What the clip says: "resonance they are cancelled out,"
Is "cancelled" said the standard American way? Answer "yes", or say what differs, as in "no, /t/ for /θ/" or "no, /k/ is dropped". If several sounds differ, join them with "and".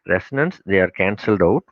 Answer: yes